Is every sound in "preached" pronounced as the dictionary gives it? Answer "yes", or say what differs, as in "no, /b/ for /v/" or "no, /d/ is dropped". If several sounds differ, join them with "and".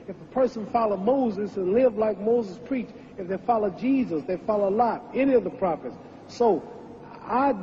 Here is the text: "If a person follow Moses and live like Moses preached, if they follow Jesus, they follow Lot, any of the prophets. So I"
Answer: no, /t/ is dropped